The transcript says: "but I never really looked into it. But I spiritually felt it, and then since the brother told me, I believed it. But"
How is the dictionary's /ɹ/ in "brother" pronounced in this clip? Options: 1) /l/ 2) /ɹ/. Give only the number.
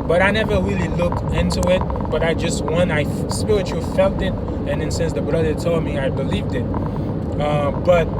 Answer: 2